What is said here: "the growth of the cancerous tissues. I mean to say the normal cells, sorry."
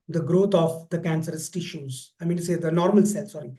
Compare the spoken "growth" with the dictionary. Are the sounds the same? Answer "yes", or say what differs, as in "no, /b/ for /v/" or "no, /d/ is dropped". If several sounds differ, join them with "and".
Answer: no, /t/ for /θ/